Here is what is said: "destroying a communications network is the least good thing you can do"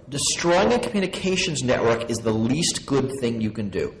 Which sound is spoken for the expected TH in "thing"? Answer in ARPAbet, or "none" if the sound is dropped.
TH